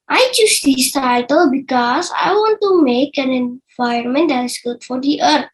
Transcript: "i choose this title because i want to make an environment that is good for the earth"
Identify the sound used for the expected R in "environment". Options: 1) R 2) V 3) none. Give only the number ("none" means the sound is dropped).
3